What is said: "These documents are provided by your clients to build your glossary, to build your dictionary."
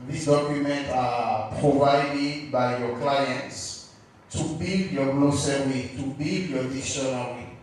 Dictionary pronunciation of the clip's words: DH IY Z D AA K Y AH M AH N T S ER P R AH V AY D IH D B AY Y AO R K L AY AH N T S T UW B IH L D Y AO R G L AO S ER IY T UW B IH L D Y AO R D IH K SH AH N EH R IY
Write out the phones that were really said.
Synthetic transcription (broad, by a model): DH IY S D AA K Y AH M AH N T AA P R AH V AY D IH D B AY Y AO K L AY AH N T S T UW B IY L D Y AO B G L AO S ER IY T UW B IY L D Y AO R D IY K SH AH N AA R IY